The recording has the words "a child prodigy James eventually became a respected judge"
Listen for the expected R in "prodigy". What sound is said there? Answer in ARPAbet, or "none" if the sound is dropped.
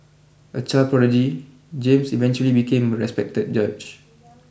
none